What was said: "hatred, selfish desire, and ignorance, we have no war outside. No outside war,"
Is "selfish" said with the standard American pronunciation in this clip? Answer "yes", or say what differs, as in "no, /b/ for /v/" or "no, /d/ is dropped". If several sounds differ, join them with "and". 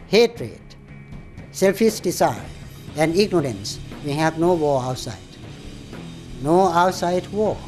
no, /s/ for /ʃ/